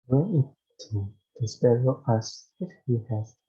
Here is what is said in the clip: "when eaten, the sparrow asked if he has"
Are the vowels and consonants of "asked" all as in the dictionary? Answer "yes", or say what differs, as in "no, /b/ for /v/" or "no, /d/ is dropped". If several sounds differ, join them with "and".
no, /t/ is dropped